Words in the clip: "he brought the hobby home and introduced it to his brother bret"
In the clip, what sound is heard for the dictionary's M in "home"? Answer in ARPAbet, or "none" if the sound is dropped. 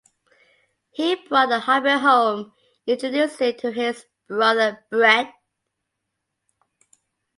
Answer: none